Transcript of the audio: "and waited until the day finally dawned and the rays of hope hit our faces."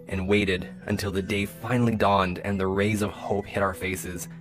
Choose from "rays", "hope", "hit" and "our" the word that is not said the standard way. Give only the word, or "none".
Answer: none